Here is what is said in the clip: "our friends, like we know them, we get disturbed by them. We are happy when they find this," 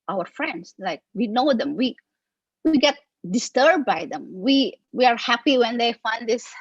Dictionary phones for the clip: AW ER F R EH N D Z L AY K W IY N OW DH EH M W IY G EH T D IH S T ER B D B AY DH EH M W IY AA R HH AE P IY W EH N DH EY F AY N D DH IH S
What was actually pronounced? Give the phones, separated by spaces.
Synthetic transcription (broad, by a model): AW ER F R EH N D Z L AY K W IY N OW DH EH M W IY G EH T D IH S T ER B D B AY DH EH M W IY AA R HH AE P IY W EH N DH EY F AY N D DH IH S